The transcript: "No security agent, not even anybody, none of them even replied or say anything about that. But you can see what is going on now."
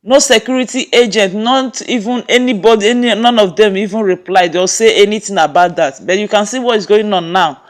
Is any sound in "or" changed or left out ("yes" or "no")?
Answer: yes